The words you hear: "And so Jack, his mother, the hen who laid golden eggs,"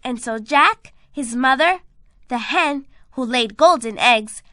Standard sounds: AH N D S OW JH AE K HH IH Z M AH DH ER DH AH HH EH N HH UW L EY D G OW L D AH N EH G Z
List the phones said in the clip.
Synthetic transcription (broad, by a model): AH N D S OW JH AE K HH IH Z M AH DH ER DH AH HH EH N HH UW L EY D G OW L D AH N EH G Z